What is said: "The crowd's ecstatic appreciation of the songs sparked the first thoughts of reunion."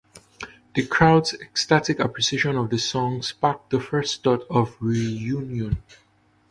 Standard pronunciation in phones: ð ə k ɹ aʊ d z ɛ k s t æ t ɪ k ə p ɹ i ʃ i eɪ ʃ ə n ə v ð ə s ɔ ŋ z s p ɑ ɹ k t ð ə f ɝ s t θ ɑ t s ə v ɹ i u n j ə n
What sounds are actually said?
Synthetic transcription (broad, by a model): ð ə k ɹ aʊ d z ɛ k s t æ t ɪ k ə p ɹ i s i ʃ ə n ə v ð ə s ɔ ŋ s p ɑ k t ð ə f ɝ s t t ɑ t ə v ɹ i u n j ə n